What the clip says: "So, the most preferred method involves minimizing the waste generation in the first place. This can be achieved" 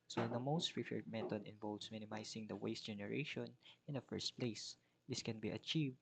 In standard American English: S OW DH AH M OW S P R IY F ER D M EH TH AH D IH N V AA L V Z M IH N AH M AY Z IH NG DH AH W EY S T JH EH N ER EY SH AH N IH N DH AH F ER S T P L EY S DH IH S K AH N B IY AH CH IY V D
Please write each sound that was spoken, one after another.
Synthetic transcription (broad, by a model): S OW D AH M OW S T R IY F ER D M EH T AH D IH N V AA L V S M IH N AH M AY S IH NG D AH W EY S T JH EH N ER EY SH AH N IH N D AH F ER S T P L EY S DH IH S K AH N B IY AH CH IY V D